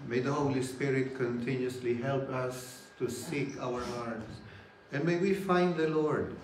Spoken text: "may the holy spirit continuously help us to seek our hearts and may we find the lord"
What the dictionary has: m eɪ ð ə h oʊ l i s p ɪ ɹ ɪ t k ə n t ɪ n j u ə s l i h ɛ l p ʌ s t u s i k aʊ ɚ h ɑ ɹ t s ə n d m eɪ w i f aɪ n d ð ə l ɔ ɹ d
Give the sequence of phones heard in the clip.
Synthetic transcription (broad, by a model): m eɪ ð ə h oʊ l i s p ɪ ɹ ɪ t k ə n t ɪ n j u s l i h ɛ l p ʌ s t u s i k aʊ ɚ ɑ ɹ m s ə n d m eɪ w i f aɪ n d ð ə l ɔ ɹ d